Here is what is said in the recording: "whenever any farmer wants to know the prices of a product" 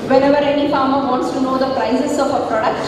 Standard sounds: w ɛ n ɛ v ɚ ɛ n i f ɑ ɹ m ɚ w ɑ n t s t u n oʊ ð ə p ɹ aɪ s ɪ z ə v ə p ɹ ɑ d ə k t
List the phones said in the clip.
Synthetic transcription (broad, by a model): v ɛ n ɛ v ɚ ɛ n i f ɑ ɹ m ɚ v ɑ n t s t u n oʊ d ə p ɹ aɪ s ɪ s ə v ə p ɹ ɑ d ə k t